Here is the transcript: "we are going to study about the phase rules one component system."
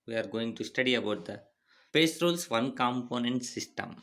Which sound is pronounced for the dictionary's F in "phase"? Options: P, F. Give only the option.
P